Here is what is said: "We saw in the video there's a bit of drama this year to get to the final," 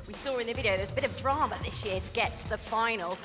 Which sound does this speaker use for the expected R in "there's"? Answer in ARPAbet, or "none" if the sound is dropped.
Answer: W